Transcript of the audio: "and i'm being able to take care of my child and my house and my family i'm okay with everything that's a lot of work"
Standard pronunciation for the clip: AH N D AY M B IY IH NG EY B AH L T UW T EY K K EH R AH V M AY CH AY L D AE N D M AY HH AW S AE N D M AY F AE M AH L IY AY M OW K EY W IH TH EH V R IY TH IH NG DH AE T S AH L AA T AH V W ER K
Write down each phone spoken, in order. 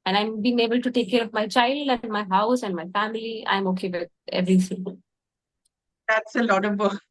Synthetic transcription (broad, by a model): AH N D AY M B IY IH NG EY B AH L T UW T EY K K EH R AH V M AY CH AY L D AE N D M AY HH AW S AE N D M AY F AE M AH L IY AY M OW K EY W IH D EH V R IY S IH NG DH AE T S AH L AA T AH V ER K